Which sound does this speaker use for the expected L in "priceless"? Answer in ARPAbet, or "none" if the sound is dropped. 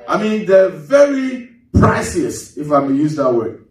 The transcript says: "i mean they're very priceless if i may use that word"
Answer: none